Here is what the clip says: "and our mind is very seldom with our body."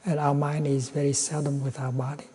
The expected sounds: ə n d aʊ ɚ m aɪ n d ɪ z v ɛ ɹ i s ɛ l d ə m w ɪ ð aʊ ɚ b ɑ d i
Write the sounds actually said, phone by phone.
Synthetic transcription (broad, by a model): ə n aʊ ɚ m aɪ n d ɪ z v ɛ ɹ i s ɛ l d ə m w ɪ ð aʊ ɚ b ɑ d i